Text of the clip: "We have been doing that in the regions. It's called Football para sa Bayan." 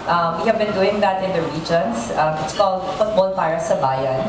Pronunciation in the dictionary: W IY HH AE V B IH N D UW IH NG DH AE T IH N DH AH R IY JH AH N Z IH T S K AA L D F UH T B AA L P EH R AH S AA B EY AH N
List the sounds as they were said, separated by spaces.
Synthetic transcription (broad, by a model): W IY HH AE V B IH N D UW IH NG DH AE T IH N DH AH R IY JH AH N S IH T S K AA L D F UH T B AA L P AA R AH S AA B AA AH N